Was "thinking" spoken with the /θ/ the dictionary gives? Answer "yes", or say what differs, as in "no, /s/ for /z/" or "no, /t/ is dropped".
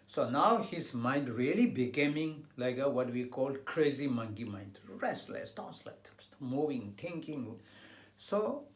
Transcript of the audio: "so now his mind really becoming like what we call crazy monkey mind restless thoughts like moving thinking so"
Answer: no, /t/ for /θ/